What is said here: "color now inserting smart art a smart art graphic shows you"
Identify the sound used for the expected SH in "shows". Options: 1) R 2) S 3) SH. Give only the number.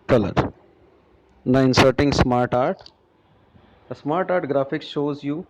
3